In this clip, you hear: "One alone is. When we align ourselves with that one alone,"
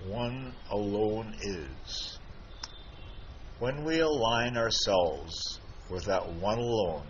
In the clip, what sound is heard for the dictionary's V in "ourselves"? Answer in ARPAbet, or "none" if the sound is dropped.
V